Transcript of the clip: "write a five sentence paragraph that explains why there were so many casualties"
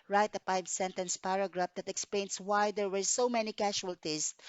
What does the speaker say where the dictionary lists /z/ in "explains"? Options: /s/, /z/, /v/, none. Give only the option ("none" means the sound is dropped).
/s/